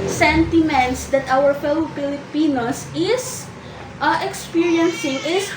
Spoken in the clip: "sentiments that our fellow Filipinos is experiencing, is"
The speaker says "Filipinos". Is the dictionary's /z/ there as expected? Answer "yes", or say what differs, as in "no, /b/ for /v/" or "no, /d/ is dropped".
no, /s/ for /z/